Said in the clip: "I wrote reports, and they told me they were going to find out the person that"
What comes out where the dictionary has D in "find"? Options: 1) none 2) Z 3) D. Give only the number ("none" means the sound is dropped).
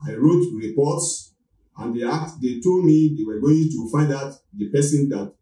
3